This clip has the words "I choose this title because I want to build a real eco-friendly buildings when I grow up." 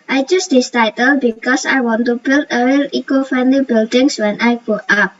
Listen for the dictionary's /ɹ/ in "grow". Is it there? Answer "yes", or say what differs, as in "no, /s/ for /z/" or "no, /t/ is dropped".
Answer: no, /ɹ/ is dropped